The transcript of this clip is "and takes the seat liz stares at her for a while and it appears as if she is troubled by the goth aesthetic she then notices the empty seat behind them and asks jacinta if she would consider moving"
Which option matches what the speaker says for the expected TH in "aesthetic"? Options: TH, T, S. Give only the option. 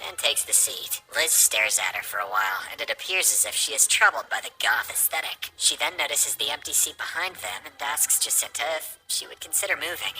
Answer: TH